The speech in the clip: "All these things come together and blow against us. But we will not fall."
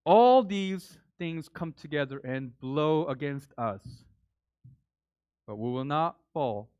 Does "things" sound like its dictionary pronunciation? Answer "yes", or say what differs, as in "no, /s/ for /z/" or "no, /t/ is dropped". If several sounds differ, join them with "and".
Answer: yes